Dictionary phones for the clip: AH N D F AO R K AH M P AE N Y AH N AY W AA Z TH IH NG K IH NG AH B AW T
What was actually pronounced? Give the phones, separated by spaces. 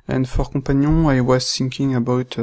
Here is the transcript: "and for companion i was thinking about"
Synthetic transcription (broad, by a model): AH N F AO R K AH P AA N Y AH AY W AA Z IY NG K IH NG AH B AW T